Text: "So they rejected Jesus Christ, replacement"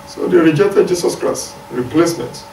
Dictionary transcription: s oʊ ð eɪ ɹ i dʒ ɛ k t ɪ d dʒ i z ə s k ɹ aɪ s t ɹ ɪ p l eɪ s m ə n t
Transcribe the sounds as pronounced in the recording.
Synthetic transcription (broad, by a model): s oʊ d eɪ ɹ i dʒ ɛ k t ɪ d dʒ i s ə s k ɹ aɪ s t ɹ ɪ p l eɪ s m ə n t